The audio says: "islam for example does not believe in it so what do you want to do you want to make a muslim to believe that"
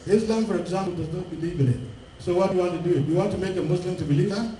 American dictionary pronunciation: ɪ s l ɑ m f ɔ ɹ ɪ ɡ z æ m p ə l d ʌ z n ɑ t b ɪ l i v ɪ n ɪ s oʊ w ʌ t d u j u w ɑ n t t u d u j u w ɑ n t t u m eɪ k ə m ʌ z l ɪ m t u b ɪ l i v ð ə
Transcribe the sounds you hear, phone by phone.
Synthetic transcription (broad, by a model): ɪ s l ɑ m f ɔ ɹ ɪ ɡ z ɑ m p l d ʌ z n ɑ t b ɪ l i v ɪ l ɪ s oʊ w ʌ t j u w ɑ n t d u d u j u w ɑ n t t u m eɪ k ə m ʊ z l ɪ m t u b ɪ l i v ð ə